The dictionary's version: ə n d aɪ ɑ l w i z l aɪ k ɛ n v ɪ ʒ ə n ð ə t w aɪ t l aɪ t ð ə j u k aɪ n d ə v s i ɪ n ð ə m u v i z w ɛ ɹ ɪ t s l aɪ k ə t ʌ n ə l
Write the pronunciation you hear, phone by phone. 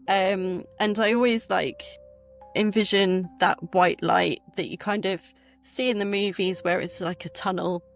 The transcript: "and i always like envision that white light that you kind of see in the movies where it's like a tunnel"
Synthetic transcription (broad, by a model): ə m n aɪ ɑ l w i z l aɪ k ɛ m v ɪ ʒ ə n ð ə t w aɪ t l aɪ t ð ə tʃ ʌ k aɪ n d ə v s i ɪ n ð ə m u v i z w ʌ ɹ ɪ t s l aɪ k ə t ʌ n ə l